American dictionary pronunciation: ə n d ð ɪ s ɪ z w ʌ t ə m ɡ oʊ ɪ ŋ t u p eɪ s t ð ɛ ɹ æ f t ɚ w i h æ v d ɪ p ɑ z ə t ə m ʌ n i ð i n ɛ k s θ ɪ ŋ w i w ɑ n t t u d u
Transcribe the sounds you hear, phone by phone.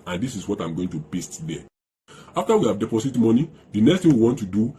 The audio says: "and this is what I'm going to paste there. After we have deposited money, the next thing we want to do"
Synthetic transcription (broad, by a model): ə n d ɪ s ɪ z w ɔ t ə m ɡ oʊ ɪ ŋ t u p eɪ s t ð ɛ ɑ f t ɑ w i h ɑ v d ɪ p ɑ s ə t m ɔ n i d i n ɛ k s t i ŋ w i w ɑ n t t u d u